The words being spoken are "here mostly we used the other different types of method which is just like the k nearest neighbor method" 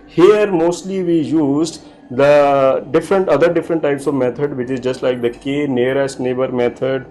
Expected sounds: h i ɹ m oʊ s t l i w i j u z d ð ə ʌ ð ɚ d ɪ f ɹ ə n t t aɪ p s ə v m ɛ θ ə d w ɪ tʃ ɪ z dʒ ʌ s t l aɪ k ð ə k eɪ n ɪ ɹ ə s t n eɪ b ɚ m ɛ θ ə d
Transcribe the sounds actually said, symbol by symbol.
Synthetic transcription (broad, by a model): h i ɹ m oʊ s t l i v i j u z d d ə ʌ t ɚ d ɪ f ɹ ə n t t aɪ p s ə v m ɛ t ə d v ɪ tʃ ɪ z dʒ ʌ s t l aɪ k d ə k eɪ n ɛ ɹ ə s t n eɪ b ɚ m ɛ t ə d